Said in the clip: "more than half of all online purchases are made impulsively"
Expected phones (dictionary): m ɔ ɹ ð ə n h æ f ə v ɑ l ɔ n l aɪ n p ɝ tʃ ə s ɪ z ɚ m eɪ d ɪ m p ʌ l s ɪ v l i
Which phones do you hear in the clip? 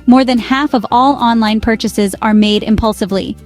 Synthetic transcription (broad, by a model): m ɔ ɹ ð ə n h æ f ə v ɑ l ɔ n l aɪ n p ɝ tʃ ə s ɪ z ɚ m eɪ d ɪ m p ʌ l s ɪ v l i